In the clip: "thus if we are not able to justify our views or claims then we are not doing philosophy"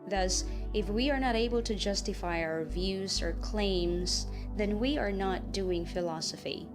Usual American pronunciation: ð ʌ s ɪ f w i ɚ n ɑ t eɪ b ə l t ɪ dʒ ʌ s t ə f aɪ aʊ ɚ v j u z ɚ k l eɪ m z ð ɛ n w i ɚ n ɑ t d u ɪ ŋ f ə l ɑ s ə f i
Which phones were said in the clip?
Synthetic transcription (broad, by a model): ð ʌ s ɪ f w i ɚ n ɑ t eɪ b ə l t ɪ dʒ ʌ s t ə f aɪ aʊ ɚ v j u z ɚ k l eɪ m z ð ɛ n w i ɚ n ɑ t d u ɪ ŋ f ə l ɑ s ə f i